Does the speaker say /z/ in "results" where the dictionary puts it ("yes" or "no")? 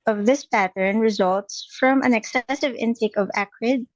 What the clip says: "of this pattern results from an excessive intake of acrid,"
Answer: yes